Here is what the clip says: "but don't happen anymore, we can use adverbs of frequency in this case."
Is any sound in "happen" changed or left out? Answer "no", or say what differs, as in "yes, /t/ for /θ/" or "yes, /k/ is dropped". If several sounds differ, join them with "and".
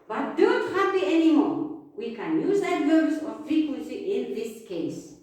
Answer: yes, /n/ is dropped